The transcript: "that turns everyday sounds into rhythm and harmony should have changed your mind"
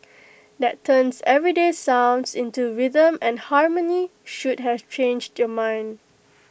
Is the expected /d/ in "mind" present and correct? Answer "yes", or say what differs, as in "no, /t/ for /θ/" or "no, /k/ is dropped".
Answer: yes